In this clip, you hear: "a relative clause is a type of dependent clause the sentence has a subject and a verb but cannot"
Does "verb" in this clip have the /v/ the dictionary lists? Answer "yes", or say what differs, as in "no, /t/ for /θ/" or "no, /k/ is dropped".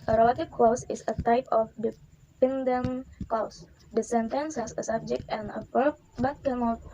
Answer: no, /p/ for /v/